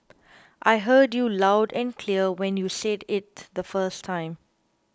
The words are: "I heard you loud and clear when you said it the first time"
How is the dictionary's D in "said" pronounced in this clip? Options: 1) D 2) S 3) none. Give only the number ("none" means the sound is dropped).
1